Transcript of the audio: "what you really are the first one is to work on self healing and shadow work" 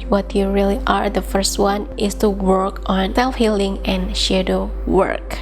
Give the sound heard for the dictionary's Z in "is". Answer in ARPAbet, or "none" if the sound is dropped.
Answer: S